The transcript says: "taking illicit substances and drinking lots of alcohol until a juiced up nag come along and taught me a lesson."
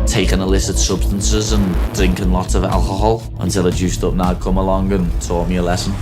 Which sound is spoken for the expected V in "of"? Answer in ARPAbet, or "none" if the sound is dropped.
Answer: V